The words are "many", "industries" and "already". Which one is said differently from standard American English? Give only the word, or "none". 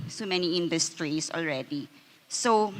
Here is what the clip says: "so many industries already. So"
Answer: industries